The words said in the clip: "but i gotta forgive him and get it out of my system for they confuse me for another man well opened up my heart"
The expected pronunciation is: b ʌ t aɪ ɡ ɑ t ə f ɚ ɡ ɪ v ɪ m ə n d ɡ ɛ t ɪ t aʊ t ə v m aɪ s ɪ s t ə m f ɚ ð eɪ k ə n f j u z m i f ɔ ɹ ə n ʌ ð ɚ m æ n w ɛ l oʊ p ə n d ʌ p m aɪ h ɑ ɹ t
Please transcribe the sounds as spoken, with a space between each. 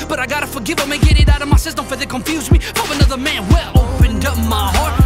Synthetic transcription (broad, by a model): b ʌ t aɪ ɡ ɑ t ə f ɚ ɡ ɪ v ɪ m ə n ɡ ɛ t ɪ t aʊ t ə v m aɪ s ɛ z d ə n f ɚ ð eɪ k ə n f j u z m i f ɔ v ə n ʌ ð ɚ m æ n w ɛ l oʊ p ə n d ʌ p m aɪ h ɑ ɹ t